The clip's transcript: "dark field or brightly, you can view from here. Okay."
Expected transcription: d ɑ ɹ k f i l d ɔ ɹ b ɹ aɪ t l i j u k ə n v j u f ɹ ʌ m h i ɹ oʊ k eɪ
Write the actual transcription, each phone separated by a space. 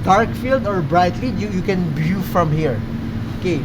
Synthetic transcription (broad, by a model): d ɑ ɹ k f i l d ɔ ɹ b ɹ aɪ t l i j u k ə n b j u f ɹ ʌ m h i ɹ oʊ k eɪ